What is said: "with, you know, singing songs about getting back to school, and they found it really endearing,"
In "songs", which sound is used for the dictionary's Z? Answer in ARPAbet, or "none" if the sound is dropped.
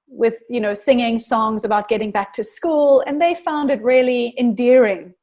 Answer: Z